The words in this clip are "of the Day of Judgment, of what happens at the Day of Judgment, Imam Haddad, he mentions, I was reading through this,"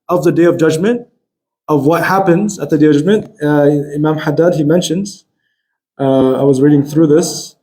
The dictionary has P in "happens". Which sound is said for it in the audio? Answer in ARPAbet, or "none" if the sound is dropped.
P